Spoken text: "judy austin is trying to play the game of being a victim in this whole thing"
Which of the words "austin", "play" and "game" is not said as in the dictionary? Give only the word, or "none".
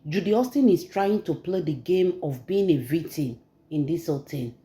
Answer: none